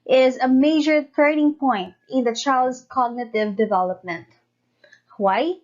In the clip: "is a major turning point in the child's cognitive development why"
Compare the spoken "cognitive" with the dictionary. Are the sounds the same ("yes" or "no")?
yes